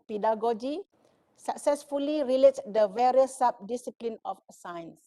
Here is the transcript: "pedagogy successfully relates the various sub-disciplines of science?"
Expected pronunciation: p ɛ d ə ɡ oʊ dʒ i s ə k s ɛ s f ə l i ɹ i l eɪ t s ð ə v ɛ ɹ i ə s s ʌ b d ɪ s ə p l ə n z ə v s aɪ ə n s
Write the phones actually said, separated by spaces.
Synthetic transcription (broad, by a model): p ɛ d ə ɡ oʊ dʒ i s ə k s ɛ s f ə l i ɹ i l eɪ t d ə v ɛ ɹ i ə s s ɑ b d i s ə p l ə n ə f s aɪ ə n s